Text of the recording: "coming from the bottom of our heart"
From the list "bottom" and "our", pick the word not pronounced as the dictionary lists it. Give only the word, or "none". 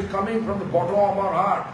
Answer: bottom